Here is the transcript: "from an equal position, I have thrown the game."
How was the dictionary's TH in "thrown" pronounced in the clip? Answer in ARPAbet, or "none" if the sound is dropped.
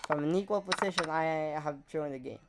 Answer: T